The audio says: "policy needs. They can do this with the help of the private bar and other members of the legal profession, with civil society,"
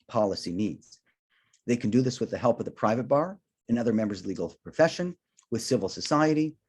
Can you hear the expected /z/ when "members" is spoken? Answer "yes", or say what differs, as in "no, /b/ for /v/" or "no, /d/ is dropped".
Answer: yes